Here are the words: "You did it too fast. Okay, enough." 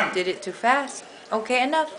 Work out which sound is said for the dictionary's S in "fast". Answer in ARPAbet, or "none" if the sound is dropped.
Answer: S